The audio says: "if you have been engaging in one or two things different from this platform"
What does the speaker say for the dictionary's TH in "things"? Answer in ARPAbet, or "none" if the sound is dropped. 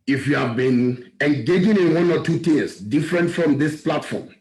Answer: T